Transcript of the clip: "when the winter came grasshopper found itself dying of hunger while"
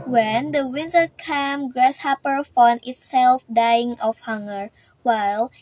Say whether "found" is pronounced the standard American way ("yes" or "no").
no